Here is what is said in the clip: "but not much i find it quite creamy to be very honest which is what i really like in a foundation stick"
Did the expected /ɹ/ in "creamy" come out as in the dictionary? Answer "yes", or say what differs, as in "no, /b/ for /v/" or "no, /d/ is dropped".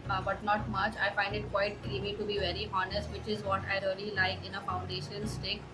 no, /ɹ/ is dropped